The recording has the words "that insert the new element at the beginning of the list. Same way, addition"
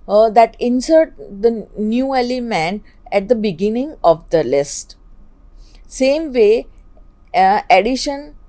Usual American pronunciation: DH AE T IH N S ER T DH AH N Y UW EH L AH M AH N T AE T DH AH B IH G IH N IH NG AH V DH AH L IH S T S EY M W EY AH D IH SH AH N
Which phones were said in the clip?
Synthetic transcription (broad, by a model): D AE T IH N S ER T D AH N Y UW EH L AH M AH N AE T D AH B IH G IH N IH NG AH V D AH L IH S T S EY M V EY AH D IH SH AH N